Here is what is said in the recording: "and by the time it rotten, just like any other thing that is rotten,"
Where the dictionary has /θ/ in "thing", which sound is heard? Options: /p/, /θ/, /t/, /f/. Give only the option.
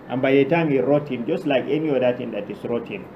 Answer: /t/